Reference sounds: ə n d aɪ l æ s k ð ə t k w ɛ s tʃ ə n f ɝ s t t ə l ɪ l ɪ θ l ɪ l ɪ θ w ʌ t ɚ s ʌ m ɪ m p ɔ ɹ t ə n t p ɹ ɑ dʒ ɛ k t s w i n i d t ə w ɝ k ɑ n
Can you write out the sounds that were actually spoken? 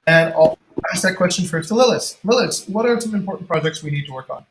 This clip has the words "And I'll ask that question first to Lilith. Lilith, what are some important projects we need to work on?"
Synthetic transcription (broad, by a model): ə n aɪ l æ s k ð ə t k w ɛ s tʃ ə n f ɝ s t t ə l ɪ l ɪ s l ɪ l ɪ s w ʌ t ɚ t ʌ ɪ m p ɔ ɹ t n p ɹ ɑ dʒ ɛ k t s w i n i d t ə w ɝ k n